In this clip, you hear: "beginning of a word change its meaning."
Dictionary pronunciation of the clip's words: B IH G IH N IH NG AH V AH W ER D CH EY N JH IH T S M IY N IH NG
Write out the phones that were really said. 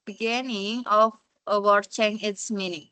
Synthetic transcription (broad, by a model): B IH G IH N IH NG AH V AH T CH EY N IH T S M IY N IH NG